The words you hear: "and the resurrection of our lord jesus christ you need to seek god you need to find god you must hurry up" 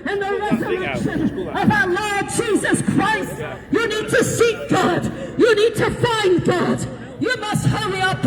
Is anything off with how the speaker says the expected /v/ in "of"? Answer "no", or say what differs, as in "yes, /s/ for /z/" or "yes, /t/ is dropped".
no